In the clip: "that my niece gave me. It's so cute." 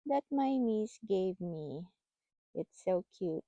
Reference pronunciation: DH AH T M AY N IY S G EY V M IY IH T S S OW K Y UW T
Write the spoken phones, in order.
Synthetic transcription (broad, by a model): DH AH T M AY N IY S G EY V M IY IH T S S OW K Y UW T